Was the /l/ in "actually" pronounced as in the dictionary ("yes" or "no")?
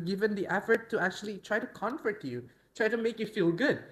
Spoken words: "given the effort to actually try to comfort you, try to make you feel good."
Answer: yes